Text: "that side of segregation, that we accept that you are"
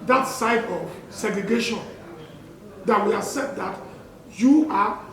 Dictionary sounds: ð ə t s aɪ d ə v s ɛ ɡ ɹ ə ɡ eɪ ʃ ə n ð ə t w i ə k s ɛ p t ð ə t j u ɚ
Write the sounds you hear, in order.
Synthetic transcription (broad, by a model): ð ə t s aɪ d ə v s ɛ ɡ ɹ ə ɡ eɪ ʃ ə n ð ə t w i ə s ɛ t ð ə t j u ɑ